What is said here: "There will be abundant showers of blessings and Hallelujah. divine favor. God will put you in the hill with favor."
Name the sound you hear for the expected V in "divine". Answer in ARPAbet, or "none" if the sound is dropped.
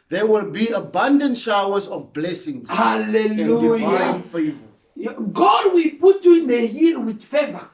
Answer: none